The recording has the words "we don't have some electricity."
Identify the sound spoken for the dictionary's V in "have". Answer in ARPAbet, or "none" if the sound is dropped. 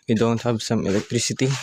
B